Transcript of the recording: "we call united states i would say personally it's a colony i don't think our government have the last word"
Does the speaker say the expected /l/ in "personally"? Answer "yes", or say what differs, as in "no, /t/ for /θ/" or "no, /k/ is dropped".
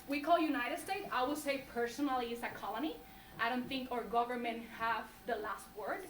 yes